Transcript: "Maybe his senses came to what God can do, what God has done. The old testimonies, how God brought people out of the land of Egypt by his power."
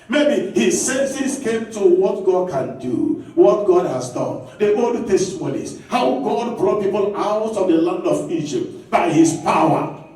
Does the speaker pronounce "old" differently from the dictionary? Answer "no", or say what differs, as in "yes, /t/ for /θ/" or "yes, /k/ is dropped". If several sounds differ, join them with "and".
yes, /l/ is dropped